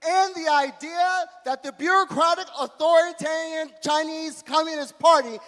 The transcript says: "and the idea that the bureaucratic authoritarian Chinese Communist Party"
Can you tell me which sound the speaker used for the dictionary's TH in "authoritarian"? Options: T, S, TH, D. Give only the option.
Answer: TH